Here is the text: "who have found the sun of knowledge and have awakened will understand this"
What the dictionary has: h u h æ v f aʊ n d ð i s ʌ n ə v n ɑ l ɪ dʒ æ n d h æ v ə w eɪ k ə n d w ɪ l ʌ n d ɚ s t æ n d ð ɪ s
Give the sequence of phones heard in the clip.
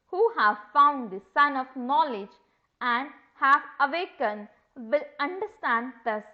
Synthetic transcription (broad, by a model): h u h æ v f aʊ n d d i s ʌ n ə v n ɑ l ɪ dʒ æ n d h æ v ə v eɪ k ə n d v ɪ l ʌ n d ɚ s t æ n d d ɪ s